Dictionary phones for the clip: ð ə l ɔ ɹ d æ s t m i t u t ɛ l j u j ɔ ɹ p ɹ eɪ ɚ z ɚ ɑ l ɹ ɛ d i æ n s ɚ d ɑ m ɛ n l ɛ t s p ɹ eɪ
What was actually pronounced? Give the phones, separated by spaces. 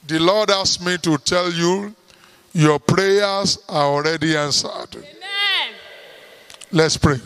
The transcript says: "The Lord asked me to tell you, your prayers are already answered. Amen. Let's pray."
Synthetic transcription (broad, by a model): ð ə l ɔ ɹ d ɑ s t m i t u t ɛ l j u j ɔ p ɹ eɪ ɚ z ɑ ɑ l ɹ ɛ d i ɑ n s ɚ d l ɛ t s p ɹ eɪ